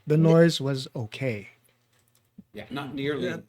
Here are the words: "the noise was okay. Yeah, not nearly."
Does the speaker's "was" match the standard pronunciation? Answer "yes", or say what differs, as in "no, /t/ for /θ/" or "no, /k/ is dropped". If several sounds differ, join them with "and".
yes